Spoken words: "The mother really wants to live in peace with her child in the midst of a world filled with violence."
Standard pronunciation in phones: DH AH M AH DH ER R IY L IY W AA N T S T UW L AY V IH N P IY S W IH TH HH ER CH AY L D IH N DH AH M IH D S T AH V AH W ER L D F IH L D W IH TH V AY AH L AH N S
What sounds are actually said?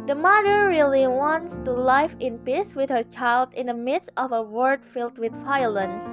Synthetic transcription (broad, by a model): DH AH M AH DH ER R IY L IY W AA N T S T UW L AY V IH N P IY S W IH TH HH ER CH AY L D IH N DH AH M IH D S T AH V AH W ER D F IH L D W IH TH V AY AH L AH N S